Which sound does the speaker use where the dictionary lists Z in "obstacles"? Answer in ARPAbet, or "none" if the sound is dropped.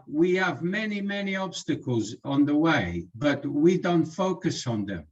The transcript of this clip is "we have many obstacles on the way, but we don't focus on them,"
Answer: Z